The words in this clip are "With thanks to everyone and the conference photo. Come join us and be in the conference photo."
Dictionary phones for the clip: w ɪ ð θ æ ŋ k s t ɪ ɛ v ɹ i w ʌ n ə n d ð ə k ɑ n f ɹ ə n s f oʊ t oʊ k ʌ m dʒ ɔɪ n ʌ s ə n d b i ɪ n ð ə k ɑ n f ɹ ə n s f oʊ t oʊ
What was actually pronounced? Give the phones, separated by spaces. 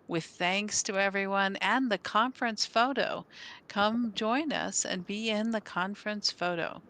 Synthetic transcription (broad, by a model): w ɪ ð θ æ ŋ k s t ɪ ɛ v ɹ i w ʌ n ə n ð ə k ɑ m f ɹ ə n s f oʊ t oʊ k ʌ m dʒ ɔɪ n ʌ s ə n b i ɪ n ð ə k ɑ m f ɹ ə n s f oʊ t oʊ